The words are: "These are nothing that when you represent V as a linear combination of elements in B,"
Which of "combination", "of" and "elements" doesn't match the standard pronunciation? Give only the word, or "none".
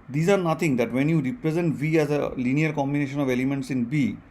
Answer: none